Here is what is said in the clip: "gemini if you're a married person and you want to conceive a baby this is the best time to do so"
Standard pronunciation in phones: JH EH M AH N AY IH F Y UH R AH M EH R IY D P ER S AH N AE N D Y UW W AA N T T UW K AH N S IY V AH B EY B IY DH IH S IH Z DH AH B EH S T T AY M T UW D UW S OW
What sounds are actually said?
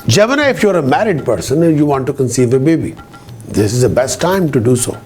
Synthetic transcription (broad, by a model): JH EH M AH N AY IH F Y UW R AH M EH R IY D P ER S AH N N Y UW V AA N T T UW K AH N S IY V AH B EY B IY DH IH S IH Z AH B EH S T T AY M T UW D UW S OW